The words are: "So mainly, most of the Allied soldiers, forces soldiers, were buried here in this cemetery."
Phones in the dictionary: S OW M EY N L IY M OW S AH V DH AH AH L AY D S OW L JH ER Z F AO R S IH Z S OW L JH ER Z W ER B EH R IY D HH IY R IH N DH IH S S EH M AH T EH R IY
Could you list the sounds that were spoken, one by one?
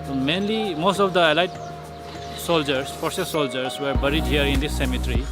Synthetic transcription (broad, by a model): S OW M EY N L IY M OW S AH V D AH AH L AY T S OW L JH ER S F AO R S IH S S OW L JH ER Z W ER B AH R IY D HH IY R IH N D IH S S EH M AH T R IY